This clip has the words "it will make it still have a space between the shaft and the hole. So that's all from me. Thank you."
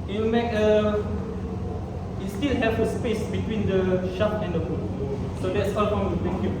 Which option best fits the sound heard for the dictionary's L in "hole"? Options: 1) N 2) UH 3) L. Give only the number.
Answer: 1